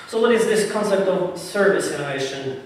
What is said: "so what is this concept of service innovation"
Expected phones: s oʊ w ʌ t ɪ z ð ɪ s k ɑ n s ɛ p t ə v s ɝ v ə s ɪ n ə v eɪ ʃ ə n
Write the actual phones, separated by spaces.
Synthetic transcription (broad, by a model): s oʊ w ʌ t ɪ z ð ɪ s k ɑ n s ɛ p t ə v s ɝ v ə s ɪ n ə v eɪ ʃ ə n